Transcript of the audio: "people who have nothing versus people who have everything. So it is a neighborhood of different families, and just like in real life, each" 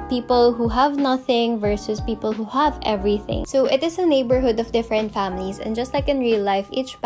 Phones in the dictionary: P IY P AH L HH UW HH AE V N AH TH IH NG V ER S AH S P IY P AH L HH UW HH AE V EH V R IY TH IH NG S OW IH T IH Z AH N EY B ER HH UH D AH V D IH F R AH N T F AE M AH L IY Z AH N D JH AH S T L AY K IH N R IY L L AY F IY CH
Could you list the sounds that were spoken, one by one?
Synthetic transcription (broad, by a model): P IY P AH L HH UW HH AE V N AH TH IH NG V ER S AH S P IY P AH L HH UW HH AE V EH V R IY TH IH NG S OW IH T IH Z AH N EY B ER HH UH D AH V D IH F R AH N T F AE M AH L IY S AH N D JH AH S T L AY K IH N R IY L L AY F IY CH